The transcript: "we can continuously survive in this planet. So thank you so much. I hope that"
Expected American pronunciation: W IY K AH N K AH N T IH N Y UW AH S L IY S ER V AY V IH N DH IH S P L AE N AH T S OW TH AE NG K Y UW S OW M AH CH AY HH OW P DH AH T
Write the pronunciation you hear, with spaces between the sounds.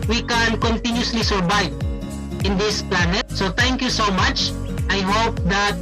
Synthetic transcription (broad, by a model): W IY K AH N K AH N T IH N Y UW S L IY S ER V AY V IH N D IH S P L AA N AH T S OW T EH NG K Y UW S OW M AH CH AY HH OW P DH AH T